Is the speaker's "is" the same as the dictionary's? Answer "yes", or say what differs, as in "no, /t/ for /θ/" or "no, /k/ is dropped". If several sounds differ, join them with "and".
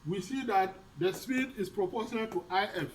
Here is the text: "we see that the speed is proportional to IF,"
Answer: no, /s/ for /z/